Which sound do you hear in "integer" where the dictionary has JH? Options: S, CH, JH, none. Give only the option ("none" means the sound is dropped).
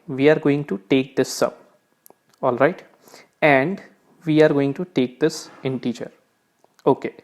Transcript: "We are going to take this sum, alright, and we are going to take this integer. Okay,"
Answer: CH